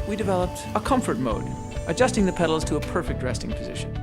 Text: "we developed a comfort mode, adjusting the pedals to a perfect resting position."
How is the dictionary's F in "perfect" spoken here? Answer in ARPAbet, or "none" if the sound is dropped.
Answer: F